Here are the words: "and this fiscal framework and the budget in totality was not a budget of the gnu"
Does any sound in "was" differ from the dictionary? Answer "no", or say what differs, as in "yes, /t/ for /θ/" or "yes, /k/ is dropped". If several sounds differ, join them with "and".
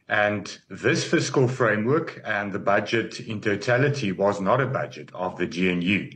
no